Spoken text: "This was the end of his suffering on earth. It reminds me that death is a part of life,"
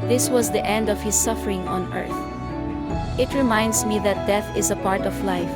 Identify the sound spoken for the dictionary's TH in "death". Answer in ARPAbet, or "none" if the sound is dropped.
TH